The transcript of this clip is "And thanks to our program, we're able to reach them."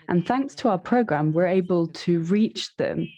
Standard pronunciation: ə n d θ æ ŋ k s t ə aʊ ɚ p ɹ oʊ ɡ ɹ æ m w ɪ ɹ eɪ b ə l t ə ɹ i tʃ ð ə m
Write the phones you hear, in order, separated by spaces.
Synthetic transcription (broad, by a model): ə n θ æ ŋ k s t ə aʊ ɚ p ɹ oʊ ɡ ɹ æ m w ɪ ɹ eɪ b ə l t ə ɹ i tʃ ð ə m